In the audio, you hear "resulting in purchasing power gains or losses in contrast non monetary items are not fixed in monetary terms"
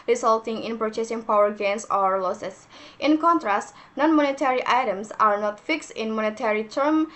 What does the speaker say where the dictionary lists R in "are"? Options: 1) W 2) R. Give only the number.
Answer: 2